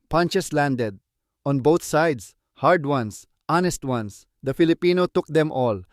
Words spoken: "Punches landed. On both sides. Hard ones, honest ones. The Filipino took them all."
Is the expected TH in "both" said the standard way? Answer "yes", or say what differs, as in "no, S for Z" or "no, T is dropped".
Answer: no, T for TH